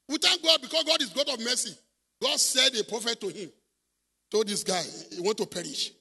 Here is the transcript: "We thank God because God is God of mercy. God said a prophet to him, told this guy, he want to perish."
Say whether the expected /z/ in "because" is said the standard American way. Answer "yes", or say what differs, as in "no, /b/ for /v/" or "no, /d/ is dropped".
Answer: no, /s/ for /z/